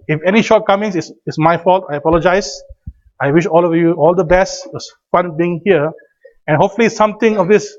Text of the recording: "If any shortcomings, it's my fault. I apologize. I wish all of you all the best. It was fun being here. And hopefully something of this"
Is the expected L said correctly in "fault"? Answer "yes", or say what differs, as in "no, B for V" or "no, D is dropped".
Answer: yes